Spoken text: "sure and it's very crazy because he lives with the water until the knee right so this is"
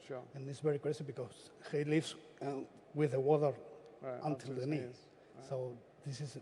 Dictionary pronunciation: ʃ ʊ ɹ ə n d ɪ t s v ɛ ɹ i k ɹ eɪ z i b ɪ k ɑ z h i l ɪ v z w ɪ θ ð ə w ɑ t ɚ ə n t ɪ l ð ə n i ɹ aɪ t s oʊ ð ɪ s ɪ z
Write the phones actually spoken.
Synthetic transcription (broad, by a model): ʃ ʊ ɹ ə n ɪ t s v ɛ ɹ i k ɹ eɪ s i b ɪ k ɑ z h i l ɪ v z w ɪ ð ə w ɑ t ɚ ə n t ɪ l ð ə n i s oʊ ð ɪ s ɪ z